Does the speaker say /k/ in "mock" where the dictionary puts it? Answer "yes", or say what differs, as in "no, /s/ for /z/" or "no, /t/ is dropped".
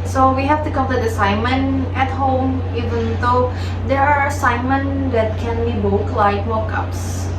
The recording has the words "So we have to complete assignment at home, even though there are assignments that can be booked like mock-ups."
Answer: yes